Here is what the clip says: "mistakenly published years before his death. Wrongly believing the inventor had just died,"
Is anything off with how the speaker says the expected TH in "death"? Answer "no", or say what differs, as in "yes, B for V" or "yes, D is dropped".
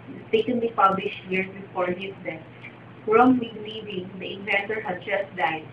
yes, F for TH